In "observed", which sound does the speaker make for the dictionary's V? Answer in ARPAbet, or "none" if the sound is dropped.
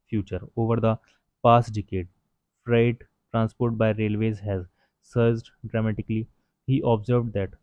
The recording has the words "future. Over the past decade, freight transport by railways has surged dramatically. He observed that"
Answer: V